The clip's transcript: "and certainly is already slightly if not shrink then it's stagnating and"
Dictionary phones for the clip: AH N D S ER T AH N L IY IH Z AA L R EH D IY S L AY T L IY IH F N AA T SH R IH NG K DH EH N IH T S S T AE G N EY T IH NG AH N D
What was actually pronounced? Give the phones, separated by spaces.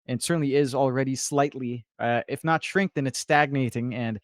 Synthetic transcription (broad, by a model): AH N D S ER T N L IY IH Z L R EH D IY S L AY T L IY IH F N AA T SH R IH NG K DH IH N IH T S S T AE G N EY T IH NG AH N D